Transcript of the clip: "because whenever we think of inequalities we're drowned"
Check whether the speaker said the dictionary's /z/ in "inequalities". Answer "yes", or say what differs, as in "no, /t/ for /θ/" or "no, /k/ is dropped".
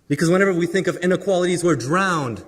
yes